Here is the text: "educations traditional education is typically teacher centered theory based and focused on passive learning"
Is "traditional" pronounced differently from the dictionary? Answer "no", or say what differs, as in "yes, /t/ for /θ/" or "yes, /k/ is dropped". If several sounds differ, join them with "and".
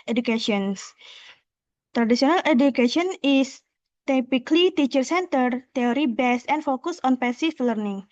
yes, /s/ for /ʃ/